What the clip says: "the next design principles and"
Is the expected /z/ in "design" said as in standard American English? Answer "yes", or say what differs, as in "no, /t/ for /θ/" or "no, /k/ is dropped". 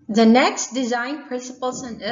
yes